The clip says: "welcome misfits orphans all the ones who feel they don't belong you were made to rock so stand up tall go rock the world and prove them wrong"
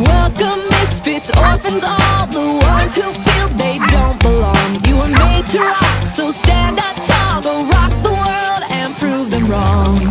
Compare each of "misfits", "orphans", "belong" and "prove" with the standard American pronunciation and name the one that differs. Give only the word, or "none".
none